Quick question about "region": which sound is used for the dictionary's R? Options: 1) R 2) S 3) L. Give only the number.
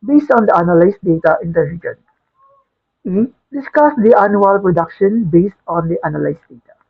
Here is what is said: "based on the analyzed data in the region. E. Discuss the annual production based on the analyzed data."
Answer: 3